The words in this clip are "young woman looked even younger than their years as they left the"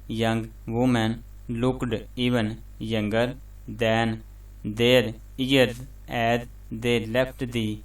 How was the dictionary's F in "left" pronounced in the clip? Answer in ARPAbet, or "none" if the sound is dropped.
P